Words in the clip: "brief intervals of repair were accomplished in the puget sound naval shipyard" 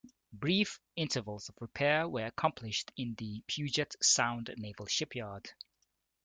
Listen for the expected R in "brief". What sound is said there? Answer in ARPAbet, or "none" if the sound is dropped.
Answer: R